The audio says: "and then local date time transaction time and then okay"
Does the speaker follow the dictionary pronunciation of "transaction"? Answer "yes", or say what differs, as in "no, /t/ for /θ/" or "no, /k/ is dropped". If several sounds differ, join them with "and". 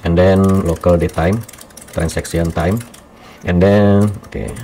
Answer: no, /s/ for /z/ and /s/ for /ʃ/